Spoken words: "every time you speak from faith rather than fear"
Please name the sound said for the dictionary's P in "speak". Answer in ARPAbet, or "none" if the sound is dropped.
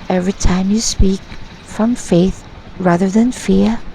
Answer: P